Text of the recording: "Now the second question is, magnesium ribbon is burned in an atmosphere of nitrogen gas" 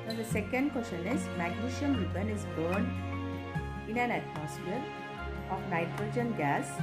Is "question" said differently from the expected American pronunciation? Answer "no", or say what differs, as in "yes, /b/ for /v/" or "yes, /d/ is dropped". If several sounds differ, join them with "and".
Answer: yes, /ʃ/ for /tʃ/